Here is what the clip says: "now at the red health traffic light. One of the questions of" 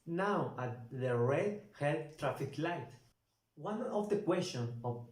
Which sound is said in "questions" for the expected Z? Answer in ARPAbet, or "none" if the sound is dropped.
none